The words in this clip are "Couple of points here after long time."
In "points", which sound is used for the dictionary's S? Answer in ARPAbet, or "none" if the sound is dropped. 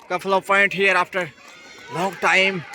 none